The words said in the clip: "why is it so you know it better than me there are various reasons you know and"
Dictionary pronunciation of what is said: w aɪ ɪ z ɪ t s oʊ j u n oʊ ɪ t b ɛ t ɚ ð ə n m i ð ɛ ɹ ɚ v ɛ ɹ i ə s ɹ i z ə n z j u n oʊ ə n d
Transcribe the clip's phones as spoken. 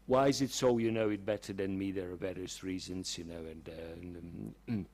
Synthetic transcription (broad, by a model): w aɪ ɪ z ɪ t s oʊ j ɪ n oʊ ɪ t b ɛ t ɚ ð ə n m i ð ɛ ɹ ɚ b ɛ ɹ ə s ɹ i z ə n z j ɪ n oʊ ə n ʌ